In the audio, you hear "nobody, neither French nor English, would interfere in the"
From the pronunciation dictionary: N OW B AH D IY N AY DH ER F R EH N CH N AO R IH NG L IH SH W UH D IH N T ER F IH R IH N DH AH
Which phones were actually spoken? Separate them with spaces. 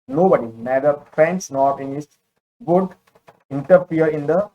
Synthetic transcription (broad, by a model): N OW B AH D IY N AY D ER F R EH N S N AO R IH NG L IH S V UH D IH N T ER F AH R IH N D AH